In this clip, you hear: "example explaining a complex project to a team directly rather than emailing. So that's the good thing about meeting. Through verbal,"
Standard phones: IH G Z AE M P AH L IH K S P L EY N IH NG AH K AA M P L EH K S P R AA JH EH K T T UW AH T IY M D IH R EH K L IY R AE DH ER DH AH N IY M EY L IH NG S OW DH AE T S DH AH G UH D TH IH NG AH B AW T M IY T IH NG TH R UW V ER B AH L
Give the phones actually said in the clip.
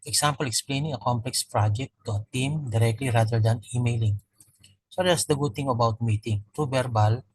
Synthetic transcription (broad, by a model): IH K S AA M P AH L IH K S P L EY N IH NG AH K AA M P L EH K S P R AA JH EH T T UW AH T IY M D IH R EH K L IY R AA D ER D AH N IY M EY L IH NG S OW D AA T S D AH G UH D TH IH NG AH B AW T M IY T IH NG T R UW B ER B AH L